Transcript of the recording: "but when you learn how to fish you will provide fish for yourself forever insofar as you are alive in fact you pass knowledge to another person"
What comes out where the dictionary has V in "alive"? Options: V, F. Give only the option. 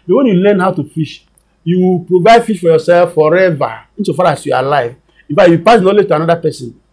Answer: V